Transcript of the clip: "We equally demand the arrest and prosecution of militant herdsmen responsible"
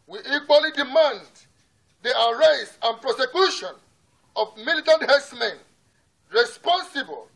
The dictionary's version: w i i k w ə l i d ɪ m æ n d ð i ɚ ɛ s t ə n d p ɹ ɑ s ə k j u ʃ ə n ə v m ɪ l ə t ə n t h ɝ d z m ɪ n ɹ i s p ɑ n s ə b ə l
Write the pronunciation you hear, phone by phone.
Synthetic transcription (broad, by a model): w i i k w ə l i d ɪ m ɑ n d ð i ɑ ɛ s ə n p ɹ ɑ s ə k j u ʃ ə n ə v m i l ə t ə n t h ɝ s m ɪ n ɹ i s p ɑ n s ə b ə l